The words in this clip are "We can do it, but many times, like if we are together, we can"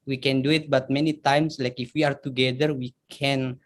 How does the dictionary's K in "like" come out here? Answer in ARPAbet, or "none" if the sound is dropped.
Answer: K